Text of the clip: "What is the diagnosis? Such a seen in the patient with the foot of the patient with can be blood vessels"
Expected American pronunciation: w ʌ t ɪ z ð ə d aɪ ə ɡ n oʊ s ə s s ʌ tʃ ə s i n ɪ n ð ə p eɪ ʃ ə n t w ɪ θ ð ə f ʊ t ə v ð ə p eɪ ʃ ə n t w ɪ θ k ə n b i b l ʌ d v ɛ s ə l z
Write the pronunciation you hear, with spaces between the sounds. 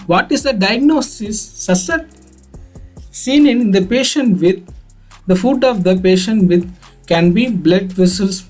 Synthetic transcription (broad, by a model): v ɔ t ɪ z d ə d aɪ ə ɡ n oʊ s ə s s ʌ s ə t i n ɪ n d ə p eɪ ʃ ə n t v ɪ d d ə f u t ə v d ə p eɪ ʃ ə n t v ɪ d k ə n b i b l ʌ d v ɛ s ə l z